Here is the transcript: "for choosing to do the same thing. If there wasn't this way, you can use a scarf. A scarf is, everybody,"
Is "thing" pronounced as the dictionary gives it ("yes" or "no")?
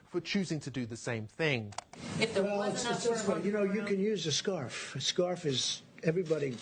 yes